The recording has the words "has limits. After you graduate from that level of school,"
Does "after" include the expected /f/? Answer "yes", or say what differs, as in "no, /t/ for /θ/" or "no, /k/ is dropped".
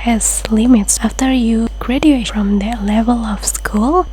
yes